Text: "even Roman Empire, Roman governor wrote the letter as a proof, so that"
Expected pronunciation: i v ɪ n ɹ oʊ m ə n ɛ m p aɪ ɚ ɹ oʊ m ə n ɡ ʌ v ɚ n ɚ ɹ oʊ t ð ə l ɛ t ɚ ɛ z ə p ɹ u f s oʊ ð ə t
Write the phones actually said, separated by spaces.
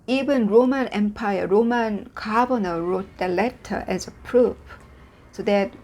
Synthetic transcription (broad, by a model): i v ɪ n ɹ oʊ m ə n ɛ m p aɪ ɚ ɹ oʊ m ə n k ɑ b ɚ n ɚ ɹ oʊ t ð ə l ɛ t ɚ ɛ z ə p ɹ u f s oʊ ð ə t